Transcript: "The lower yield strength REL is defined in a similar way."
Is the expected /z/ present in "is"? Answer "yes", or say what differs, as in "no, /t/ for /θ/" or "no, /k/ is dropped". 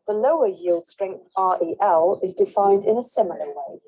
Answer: yes